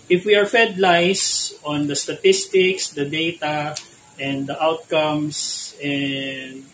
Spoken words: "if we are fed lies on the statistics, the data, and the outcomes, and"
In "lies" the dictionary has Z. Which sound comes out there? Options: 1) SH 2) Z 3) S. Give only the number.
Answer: 3